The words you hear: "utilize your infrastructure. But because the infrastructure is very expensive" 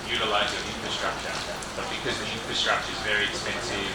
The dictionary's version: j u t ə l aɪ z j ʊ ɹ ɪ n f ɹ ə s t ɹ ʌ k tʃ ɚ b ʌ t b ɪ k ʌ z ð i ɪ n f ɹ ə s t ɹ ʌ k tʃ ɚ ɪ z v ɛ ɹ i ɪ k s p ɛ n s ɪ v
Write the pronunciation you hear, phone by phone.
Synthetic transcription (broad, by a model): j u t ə l aɪ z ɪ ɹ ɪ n f ɹ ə s t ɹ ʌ k tʃ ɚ b ʌ t b ɪ k ʌ z ð i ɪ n f ɹ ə s t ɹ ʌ k tʃ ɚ ɪ z v ɛ ɹ i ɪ k s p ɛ n s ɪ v